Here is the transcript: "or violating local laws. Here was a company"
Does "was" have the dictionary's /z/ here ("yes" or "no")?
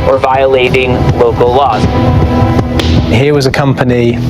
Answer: yes